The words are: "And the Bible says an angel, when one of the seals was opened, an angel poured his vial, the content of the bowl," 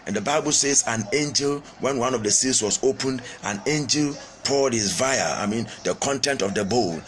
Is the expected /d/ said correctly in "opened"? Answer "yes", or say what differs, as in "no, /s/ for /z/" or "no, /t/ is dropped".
yes